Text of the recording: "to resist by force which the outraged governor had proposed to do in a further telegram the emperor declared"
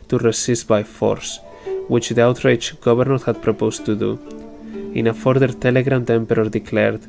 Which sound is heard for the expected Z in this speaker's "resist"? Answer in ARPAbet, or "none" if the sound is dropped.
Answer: S